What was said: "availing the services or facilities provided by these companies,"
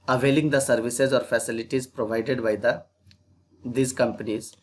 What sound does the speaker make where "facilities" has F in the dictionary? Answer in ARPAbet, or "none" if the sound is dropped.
F